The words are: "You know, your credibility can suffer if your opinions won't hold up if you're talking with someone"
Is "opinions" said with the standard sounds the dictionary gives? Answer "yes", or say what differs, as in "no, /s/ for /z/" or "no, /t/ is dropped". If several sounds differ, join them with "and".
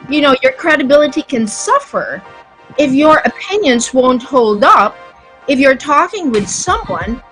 yes